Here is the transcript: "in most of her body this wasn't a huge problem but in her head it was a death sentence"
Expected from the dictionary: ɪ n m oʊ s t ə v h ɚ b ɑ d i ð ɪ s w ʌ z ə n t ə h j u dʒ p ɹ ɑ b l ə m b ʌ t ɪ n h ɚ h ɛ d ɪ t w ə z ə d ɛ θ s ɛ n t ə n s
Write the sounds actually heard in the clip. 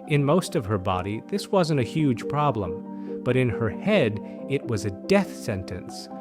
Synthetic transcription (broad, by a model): ɪ n m oʊ s t ə v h ɚ b ɑ d i ð ɪ s w ʌ z ə n t ə h j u ʒ p ɹ ɑ b l ə m b ʌ t ɪ n ɚ h ɛ d ɪ t w ə z ə d ɛ θ s ɛ n t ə n s